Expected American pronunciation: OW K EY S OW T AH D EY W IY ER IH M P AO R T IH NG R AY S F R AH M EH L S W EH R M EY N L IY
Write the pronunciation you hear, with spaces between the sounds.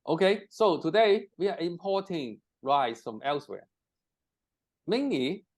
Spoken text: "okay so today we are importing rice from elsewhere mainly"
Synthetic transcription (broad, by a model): OW K EY S OW T AH D EY W IY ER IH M P AO T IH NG R AY S F R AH M EH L S W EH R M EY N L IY